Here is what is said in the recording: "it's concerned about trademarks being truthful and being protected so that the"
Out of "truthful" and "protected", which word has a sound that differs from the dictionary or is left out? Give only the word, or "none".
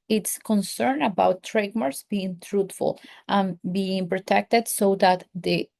truthful